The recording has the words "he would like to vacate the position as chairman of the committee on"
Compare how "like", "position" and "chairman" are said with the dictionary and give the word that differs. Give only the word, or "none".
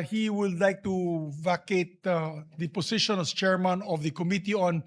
position